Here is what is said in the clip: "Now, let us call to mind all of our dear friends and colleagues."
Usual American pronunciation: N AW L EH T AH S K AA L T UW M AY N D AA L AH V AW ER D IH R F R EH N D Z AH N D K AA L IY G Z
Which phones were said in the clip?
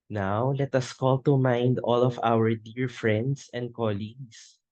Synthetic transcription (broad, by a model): N AW L EH T AH S K AA L T UW M AY N D AA L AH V AW ER D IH R F R EH N D S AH N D K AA L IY G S